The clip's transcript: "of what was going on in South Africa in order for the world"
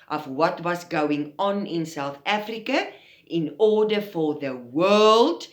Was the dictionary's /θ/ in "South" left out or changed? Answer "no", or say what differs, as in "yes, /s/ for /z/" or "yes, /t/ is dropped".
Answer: no